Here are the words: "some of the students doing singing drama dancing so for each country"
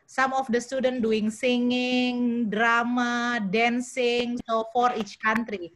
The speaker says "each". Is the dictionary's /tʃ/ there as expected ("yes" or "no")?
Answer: yes